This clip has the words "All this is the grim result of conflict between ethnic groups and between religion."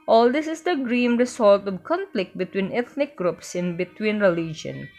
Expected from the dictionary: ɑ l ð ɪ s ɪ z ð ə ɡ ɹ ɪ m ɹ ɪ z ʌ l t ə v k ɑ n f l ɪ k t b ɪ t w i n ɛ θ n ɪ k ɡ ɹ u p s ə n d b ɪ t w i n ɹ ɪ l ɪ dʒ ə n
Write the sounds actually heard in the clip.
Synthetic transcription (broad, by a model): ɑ l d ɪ s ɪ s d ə ɡ ɹ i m ɹ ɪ s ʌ l t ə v k ɑ n f l ɪ k t b ɪ t w i n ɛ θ n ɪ k ɡ ɹ u p s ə n b ɪ t w i n ɹ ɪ l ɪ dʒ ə n